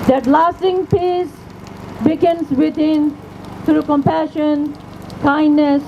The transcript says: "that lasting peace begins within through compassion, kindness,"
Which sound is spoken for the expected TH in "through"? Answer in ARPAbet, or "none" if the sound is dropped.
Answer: T